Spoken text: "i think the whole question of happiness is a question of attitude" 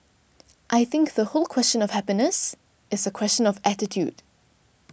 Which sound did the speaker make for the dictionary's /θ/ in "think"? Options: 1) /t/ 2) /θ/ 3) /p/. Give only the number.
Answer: 2